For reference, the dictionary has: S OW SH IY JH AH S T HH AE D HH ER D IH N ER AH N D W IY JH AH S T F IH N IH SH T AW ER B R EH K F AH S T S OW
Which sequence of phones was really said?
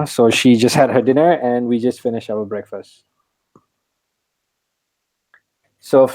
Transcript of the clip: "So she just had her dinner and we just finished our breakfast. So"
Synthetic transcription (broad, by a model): S OW SH IY JH AH S T HH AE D HH ER D IH N ER AH N D W IY JH AH S T F IH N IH SH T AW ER B R EH K F AH S T S OW